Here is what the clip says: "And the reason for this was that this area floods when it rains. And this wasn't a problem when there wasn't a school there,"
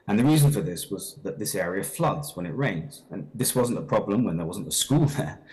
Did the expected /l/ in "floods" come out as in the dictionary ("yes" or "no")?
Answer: yes